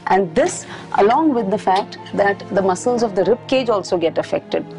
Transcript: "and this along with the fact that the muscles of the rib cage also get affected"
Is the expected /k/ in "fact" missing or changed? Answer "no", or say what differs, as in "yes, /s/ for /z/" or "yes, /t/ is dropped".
no